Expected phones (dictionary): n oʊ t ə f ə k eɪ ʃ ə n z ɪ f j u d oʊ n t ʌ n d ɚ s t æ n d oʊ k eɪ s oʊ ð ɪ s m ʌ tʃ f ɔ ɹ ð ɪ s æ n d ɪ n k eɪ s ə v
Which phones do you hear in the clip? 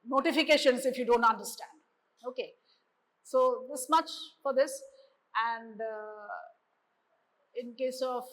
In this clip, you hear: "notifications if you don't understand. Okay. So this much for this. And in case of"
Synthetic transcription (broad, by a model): n oʊ t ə f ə k eɪ ʃ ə n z ɪ f j u d oʊ n t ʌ n d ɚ s t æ n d oʊ k eɪ s oʊ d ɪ s m ʌ tʃ f ɔ ɹ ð ɪ s æ n d ɪ n k eɪ s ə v